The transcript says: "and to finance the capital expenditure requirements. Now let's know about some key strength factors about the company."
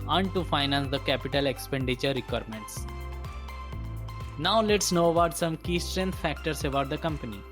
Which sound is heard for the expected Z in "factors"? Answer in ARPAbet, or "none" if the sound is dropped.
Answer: S